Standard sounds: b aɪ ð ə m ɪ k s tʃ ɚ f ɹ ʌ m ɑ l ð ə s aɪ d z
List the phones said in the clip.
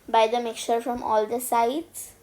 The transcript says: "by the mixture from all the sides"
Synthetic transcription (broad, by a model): b aɪ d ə m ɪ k tʃ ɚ f ɹ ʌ m ɑ l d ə s aɪ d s